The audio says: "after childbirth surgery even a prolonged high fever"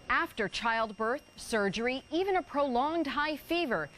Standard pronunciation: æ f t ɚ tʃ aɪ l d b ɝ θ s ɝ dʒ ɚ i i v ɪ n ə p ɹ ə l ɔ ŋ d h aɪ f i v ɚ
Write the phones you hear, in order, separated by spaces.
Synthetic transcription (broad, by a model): æ f t ɚ tʃ aɪ l d b ɝ θ s ɝ dʒ ɚ i i v ɪ n ə p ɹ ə l ɔ ŋ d h aɪ f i v ɚ